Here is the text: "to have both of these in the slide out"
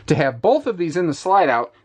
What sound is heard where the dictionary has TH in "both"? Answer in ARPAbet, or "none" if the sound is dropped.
TH